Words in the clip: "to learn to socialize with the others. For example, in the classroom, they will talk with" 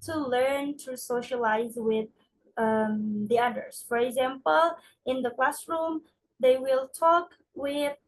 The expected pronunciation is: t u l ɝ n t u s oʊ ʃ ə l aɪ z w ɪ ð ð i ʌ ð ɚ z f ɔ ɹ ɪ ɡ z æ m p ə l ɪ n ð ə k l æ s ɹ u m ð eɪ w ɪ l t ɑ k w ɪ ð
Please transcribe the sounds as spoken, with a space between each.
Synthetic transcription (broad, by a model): t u l ɝ n t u s oʊ ʃ ə l aɪ z w ɪ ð ð i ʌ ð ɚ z f ɔ ɹ ɪ ɡ z æ m p ə l ɪ n ð ə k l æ s ɹ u m ð eɪ w ɪ l t ɑ k w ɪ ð